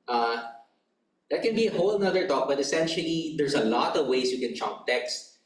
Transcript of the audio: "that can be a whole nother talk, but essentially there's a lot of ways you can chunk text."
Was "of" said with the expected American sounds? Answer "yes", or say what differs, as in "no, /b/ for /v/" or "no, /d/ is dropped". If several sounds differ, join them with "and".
yes